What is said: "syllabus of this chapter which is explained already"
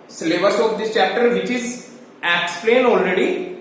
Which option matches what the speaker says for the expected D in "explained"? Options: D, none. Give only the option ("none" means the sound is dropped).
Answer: none